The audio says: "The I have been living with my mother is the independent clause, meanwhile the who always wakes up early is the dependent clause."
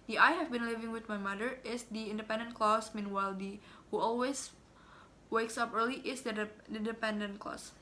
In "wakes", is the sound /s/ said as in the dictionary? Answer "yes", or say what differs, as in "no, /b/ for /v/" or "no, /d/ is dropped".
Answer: yes